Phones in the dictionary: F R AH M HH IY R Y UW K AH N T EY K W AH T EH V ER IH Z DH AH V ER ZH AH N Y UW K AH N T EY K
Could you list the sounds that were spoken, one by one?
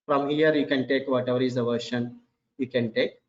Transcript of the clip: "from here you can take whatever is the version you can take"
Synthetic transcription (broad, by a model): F R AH M HH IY R Y UW K AH N T EY K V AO T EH V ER IH Z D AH V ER SH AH N Y UW K AH N T EY K